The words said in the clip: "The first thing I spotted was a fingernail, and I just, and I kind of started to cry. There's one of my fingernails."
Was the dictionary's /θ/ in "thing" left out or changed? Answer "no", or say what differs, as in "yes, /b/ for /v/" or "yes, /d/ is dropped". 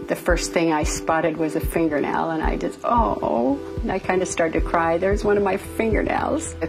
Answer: no